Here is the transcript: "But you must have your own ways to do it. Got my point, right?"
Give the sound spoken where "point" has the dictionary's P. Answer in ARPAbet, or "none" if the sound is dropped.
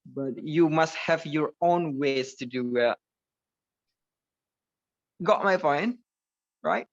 F